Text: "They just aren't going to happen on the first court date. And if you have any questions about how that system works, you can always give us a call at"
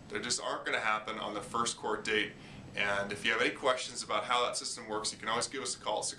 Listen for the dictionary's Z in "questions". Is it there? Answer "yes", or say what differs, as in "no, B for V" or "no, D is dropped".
yes